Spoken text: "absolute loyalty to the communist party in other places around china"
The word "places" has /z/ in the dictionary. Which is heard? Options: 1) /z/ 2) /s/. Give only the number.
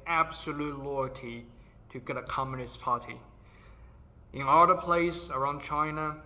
2